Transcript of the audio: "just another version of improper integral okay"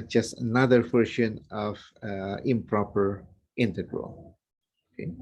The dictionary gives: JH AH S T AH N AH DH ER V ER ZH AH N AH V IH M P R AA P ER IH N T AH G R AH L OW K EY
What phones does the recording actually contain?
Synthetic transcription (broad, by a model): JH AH S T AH N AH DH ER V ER SH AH N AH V IH M P R AA P ER IH N T AH G R AH L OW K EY